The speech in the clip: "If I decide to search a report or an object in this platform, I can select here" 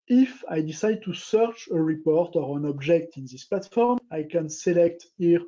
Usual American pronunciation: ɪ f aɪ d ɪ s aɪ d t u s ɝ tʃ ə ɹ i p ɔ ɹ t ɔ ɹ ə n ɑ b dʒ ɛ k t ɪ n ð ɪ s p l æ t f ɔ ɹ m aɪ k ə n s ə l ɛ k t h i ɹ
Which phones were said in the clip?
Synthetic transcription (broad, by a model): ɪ f aɪ d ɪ s aɪ d t u s ɝ tʃ ə ɹ i p ɔ ɹ t ɔ ɹ ə n ɑ b dʒ ɛ k t ɪ n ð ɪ s p l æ t f ɔ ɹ m aɪ k ə n s ə l ɛ k t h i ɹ